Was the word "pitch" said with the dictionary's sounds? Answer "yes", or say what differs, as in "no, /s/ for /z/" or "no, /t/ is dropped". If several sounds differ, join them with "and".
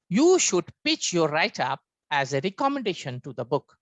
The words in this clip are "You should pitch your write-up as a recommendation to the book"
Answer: yes